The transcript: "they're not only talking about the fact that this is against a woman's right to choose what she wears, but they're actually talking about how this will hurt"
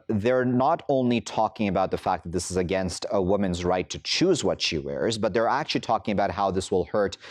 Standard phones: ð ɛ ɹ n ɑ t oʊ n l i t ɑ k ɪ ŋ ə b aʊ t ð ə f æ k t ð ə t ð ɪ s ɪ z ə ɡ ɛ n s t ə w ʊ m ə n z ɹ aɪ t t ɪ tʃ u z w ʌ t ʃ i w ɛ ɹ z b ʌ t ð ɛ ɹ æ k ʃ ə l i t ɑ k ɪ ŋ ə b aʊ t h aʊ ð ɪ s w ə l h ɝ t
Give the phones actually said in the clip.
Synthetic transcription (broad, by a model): ð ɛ ɹ n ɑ t oʊ n l i t ɑ k ɪ ŋ ə b aʊ t ð ə f æ k ð ə t ð ɪ s ɪ z ə ɡ ɛ n s t ə w ʊ m ə n z ɹ aɪ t t ɪ tʃ u z w ʌ t ʃ i w ɛ ɹ z b ʌ t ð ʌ ɹ æ k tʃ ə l i t ɑ k ɪ ŋ ə b aʊ t h aʊ ð ɪ s w ə l h ɝ t